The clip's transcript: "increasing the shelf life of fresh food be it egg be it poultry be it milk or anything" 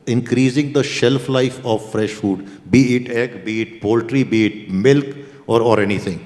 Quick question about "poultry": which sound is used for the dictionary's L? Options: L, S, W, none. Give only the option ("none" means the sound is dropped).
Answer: L